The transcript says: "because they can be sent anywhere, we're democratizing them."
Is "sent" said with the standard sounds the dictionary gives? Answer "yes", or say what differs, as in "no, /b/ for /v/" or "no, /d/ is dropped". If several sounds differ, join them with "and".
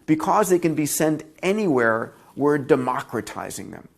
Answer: yes